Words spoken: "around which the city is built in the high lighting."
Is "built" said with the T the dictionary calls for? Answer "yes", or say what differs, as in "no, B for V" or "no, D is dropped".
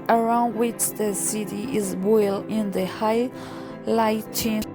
no, T is dropped